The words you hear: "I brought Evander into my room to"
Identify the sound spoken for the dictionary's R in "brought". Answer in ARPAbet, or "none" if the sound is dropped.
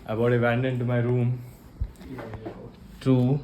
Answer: none